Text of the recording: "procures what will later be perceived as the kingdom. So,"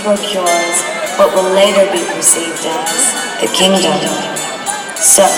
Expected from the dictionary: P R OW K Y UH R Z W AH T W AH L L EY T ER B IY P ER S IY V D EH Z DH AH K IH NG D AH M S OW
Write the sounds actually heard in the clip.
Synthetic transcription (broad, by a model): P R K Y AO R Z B AH T W AH L L EY T ER B IY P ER S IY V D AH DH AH K IH NG D AH M S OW